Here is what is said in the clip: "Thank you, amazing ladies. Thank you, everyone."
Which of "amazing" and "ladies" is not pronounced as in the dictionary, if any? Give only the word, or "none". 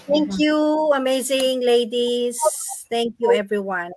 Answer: none